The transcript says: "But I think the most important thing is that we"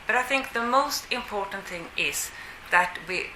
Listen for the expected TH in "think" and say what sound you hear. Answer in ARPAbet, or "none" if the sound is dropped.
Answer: TH